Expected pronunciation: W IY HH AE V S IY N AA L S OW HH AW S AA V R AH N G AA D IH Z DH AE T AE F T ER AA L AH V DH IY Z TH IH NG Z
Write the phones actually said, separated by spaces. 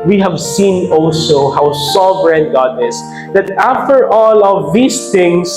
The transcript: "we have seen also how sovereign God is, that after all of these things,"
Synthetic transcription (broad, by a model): W IY HH AE V S IY N AA L S OW HH AW S AA V R AH N G AA D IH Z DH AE T AE F T ER AA L AH V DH IY S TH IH NG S